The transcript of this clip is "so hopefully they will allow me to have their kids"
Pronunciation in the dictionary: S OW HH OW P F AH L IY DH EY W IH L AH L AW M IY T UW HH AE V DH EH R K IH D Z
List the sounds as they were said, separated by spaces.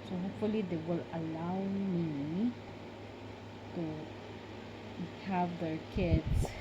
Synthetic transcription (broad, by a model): S OW HH OW P F AH L IY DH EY W IH L AH L AW M IY T UW HH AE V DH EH R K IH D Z